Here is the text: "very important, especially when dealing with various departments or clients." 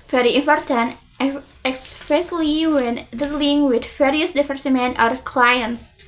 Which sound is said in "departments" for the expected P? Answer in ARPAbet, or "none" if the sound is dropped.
F